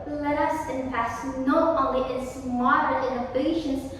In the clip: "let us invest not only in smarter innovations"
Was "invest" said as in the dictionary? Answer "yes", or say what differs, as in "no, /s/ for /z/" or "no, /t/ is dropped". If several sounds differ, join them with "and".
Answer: no, /v/ is dropped